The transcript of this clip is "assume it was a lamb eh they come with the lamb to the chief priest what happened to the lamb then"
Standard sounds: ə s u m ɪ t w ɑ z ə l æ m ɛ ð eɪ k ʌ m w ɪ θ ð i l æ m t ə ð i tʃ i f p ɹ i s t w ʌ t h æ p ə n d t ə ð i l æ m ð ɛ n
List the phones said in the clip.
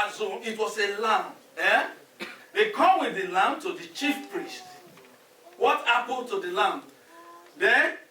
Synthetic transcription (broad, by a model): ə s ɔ ɪ t w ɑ s ə l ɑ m ɛ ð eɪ k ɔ m w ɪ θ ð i l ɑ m t ə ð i tʃ i f p ɹ i s t w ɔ t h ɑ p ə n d t ə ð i l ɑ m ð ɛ n